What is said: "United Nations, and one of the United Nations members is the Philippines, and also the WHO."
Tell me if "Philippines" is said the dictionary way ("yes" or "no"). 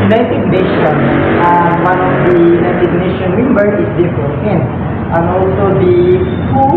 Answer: no